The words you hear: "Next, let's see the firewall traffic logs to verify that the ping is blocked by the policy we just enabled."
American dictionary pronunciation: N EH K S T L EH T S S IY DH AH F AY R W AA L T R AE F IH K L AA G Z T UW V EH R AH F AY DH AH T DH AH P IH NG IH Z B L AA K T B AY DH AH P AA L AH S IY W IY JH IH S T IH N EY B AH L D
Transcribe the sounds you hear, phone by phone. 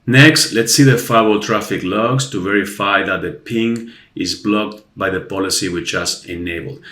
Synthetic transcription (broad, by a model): N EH K S T L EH T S S IY DH AH F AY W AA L T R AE F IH K L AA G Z T UW V EH R AH F AY DH AH T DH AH P IH NG IH Z B L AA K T B AY DH AH P AA L AH S IY W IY CH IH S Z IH N EY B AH L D